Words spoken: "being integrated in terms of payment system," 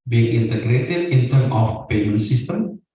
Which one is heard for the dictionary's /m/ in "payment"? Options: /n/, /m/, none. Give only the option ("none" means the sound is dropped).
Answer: none